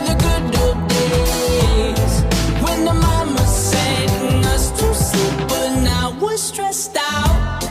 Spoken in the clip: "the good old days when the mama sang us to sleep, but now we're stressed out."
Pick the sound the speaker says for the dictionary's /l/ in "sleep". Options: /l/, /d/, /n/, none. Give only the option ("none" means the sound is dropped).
none